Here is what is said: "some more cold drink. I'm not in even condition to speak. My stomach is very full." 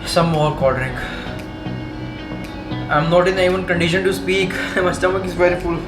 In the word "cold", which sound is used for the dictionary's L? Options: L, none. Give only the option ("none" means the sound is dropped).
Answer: none